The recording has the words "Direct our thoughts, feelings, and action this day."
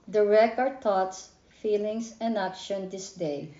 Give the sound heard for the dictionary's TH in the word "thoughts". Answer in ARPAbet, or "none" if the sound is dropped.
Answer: T